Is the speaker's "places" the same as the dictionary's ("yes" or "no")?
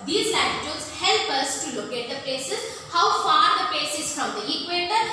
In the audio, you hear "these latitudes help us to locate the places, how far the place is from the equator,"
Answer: no